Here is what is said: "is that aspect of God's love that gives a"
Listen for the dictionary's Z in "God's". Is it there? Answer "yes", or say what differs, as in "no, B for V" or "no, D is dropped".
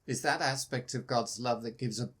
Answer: yes